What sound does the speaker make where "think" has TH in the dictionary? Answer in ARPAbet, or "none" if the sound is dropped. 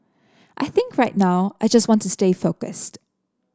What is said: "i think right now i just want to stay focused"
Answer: TH